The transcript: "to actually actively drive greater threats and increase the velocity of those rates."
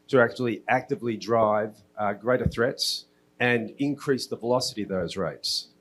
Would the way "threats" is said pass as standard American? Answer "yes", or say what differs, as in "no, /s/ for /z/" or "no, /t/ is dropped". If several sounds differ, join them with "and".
yes